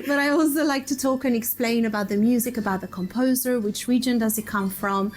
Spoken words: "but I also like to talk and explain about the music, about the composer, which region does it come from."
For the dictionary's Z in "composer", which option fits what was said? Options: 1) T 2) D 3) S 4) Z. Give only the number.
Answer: 4